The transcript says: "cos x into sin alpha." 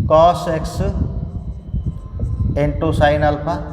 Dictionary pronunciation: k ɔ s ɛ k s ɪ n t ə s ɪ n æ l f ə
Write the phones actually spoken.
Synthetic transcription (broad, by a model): k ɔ s ɛ k s ɪ n t ə s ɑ n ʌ l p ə